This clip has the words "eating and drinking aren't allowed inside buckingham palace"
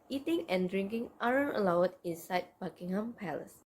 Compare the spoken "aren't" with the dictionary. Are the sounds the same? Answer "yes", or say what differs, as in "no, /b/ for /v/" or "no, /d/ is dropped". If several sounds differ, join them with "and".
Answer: no, /t/ is dropped